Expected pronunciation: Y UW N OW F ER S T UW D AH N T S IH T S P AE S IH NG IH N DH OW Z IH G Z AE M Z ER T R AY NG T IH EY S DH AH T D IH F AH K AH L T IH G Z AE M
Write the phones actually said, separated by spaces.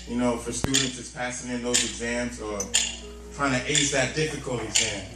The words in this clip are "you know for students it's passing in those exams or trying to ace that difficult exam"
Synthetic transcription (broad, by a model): Y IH N OW F ER S T UW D N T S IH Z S P AE S IH NG IH N DH OW Z IH G Z AE M Z ER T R AY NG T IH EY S DH AH T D IH F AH K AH L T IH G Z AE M